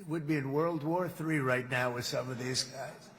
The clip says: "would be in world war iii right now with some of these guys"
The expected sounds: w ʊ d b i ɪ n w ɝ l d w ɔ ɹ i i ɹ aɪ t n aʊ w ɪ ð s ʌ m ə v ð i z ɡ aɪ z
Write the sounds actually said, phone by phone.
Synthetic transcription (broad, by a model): w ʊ d b i ɪ n w ɝ l d w ɔ ɹ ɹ i ɹ aɪ t n aʊ w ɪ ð s ʌ m ə v ð i z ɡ aɪ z